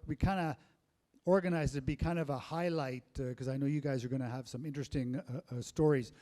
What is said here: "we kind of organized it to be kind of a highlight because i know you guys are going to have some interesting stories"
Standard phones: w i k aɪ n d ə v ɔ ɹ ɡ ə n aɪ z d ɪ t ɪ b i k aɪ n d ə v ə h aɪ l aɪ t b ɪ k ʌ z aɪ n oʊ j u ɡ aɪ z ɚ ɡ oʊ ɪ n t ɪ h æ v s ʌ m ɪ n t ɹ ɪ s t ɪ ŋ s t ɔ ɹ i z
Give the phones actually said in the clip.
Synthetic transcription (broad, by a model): w i k aɪ n d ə ɔ ɹ ɡ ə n aɪ z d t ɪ b i k aɪ n d ə v ə h aɪ l aɪ t k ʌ z aɪ n oʊ j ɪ ɡ aɪ z ɚ ɡ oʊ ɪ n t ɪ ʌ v s ʌ m ɪ n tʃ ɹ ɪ s t ɪ ŋ s t ɔ ɹ i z